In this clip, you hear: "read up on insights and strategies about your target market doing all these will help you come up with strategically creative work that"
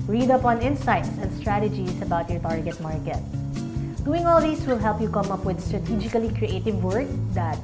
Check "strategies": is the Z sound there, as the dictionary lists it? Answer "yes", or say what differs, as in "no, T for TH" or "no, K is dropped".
no, S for Z